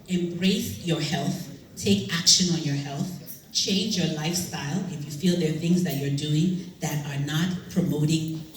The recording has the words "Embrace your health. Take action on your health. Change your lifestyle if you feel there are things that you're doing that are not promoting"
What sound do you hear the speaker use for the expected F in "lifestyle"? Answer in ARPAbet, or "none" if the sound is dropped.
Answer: F